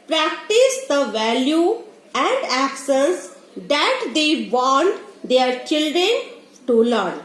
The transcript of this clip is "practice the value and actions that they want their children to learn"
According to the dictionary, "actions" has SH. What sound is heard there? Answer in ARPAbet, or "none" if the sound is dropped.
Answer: S